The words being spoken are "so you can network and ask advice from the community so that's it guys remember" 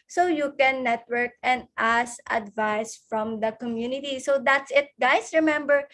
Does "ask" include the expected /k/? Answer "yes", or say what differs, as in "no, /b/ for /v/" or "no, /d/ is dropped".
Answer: no, /k/ is dropped